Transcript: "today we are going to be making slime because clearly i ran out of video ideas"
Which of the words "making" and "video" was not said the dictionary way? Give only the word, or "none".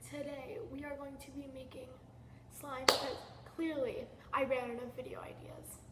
none